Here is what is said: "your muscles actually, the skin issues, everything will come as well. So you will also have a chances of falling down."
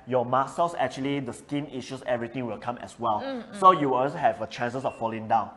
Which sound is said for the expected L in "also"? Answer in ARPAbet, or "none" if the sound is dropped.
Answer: none